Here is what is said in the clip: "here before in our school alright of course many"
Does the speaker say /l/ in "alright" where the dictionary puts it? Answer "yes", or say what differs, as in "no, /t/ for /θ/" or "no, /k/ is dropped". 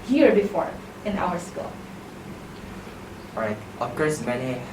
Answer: no, /l/ is dropped